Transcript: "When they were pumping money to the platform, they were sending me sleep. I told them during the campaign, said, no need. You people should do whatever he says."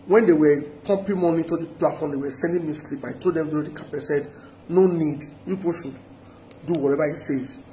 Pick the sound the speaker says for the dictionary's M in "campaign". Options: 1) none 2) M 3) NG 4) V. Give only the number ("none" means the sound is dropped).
1